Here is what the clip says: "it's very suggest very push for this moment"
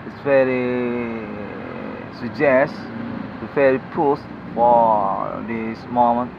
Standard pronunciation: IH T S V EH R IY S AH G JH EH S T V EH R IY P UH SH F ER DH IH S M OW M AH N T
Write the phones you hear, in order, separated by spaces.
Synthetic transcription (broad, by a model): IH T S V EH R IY S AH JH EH S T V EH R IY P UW S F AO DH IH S M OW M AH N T